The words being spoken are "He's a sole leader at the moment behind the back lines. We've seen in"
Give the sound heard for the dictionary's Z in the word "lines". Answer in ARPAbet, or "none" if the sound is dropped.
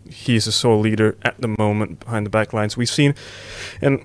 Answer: Z